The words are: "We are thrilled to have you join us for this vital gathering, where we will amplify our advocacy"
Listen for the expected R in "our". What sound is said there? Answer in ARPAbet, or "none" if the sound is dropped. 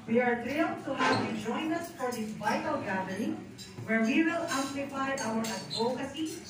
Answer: W